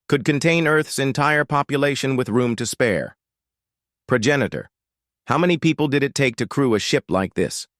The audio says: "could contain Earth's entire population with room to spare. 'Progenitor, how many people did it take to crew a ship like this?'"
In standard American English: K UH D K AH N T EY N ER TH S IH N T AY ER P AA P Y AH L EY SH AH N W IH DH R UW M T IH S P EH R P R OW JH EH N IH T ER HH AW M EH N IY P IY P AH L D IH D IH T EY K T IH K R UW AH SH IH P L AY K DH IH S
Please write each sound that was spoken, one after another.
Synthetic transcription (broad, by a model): K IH D K AH N T EY N ER TH S IH N T AY ER P AA P Y AH L EY SH AH N W IH DH R UW M T IH S P EH R P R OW JH EH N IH T ER HH AW M EH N IY P IY P L D IH D IH T EY K T IH K R UW AH SH IH P L AY K DH IH S